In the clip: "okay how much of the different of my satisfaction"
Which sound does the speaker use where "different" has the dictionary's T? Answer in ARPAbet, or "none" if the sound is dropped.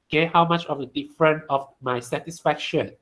none